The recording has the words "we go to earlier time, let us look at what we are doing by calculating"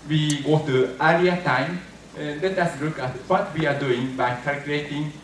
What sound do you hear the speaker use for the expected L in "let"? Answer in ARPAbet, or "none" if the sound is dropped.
N